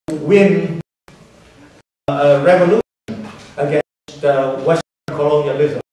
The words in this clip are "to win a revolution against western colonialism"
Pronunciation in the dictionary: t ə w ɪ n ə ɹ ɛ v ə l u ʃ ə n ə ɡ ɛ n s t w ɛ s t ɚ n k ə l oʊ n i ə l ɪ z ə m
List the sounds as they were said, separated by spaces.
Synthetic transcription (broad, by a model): w ɪ n ə ɹ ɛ v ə l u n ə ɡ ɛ s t w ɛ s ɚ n k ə l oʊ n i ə l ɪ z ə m